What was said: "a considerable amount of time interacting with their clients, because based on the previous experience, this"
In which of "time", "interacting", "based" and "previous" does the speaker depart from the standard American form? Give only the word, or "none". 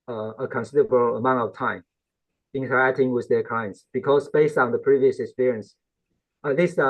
none